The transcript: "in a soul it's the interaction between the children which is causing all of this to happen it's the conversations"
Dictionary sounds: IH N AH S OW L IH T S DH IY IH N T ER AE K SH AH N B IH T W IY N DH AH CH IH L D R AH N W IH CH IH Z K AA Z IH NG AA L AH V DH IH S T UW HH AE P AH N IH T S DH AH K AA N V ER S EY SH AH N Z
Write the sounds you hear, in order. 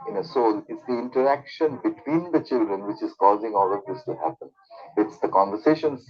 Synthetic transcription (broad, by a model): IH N AH S OW L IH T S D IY IH N T ER AE K SH AH N B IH T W IY N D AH CH IH L D R AH N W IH CH IH Z K AA Z IH NG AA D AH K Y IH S T UW HH AE P AH N IH T S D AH K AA N V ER S EY SH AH N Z